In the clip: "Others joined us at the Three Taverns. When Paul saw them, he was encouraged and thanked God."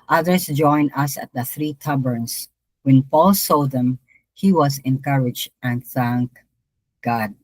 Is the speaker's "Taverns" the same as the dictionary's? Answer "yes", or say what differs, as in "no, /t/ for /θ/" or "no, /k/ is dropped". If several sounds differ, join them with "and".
no, /b/ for /v/ and /s/ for /z/